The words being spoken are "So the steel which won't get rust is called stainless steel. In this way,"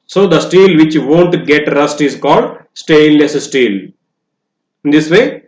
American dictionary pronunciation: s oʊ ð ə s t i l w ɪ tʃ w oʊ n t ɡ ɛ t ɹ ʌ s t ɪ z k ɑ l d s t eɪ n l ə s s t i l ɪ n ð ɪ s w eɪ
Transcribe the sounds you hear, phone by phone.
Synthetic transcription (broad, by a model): s oʊ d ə s t i l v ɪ tʃ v oʊ n t ɡ ɛ t ɹ ʌ s t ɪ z k ɑ l d s t eɪ l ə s s t i l ɪ n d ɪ s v eɪ